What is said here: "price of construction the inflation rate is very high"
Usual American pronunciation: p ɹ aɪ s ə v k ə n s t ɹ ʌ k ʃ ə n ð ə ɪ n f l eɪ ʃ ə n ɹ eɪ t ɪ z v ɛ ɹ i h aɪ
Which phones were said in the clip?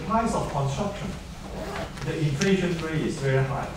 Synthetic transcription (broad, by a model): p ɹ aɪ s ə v k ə n s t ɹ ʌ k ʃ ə n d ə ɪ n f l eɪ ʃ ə n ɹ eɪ ɪ s v ɛ ɹ i h aɪ